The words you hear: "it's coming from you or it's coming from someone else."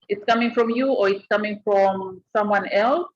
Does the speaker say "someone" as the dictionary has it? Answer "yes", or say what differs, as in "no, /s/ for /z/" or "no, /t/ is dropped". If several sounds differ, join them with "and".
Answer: yes